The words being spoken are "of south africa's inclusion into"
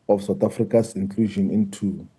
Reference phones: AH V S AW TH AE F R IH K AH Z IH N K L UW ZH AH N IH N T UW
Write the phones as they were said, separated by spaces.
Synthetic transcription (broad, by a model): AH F S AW T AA F R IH K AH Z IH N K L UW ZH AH N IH N T UW